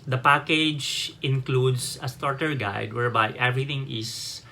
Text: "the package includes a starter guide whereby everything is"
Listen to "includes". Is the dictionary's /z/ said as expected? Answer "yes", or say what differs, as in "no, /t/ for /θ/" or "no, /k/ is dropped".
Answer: no, /s/ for /z/